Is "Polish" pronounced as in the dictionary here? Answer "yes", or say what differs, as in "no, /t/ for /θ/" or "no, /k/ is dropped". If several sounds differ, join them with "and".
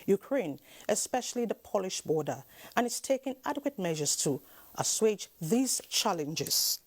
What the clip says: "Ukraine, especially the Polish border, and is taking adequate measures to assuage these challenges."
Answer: yes